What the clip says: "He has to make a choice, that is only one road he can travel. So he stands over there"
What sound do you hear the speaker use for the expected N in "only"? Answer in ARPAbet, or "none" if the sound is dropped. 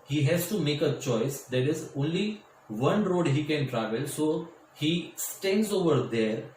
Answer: N